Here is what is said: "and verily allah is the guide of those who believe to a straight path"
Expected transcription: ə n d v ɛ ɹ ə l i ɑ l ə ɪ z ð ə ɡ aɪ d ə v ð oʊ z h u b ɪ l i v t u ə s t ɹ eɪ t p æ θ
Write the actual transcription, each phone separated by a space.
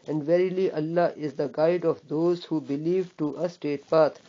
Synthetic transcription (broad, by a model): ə n d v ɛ ɹ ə l i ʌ l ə ɪ z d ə ɡ aɪ d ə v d oʊ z h u b ɪ l i v t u ə s t eɪ t p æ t